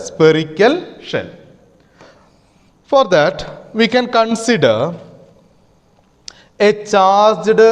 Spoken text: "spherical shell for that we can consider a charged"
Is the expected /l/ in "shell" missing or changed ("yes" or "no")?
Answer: yes